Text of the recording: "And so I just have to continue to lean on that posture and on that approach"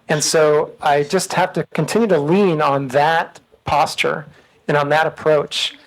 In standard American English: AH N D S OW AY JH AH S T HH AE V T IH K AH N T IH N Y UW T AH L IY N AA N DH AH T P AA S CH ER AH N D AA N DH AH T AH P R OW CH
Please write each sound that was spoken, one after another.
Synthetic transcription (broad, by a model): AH N S OW AY JH AH S T HH AE F T IH K AH N T IH N Y UW T AH L IY N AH N DH AH T P AA S CH ER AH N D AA N DH AH T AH P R OW CH